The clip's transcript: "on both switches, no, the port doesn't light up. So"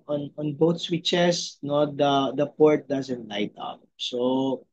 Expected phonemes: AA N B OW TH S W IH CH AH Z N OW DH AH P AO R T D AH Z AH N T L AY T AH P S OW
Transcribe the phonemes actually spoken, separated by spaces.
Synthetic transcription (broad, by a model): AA N B OW T S W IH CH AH S N OW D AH P AO R T D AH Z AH N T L AY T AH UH S OW